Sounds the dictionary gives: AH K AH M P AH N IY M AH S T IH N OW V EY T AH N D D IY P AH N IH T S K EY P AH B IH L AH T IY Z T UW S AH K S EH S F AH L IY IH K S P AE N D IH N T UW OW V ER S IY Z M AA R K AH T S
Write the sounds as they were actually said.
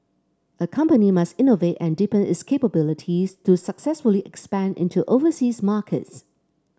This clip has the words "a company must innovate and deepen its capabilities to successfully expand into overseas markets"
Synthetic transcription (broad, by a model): AH K AH M P AH N IY M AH S T IH N OW V EY T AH N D D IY P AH N IH T S K EY P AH B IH L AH T IY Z T UW S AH K S EH S F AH L IY IH K S P AE N D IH N T UW OW V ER S IY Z M AA K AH T S